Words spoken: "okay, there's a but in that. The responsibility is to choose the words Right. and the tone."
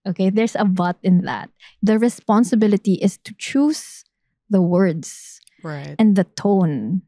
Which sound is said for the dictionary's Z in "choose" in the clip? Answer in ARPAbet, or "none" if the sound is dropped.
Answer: S